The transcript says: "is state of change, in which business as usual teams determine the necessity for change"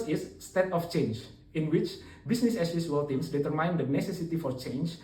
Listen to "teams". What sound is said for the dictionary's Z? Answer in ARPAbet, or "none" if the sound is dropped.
S